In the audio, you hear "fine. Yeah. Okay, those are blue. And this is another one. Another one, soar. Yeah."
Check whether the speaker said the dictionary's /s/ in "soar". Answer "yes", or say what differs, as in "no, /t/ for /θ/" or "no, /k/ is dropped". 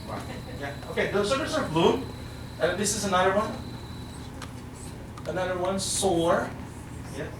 yes